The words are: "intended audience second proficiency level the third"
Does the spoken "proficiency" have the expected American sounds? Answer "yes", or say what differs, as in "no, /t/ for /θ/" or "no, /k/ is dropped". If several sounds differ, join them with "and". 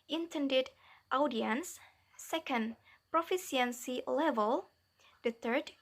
no, /s/ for /ʃ/